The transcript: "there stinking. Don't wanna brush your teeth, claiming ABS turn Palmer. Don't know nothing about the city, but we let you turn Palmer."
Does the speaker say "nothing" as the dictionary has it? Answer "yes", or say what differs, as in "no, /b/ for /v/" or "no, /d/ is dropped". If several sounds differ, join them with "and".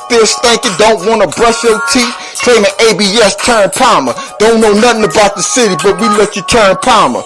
yes